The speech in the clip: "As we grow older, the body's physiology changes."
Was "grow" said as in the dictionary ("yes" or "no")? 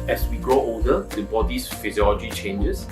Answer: yes